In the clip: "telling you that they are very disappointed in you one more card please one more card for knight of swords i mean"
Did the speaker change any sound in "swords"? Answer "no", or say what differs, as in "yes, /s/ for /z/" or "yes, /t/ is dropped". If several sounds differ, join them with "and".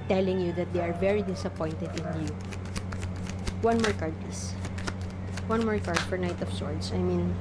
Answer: yes, /s/ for /z/